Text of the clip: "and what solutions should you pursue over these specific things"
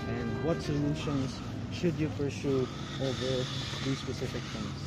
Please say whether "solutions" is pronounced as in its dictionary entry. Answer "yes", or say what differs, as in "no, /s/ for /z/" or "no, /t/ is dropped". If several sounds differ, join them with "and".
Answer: yes